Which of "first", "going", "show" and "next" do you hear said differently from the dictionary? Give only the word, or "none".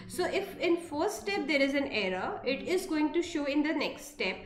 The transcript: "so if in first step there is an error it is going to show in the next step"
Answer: first